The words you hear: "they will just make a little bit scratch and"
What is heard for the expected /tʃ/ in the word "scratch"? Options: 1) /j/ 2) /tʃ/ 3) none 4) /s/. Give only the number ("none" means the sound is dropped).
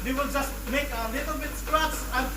4